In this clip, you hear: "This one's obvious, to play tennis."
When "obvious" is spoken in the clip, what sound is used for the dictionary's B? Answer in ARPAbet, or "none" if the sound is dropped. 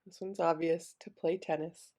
B